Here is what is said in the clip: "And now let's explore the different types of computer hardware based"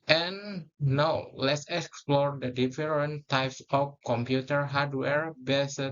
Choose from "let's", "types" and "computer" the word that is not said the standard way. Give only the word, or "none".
none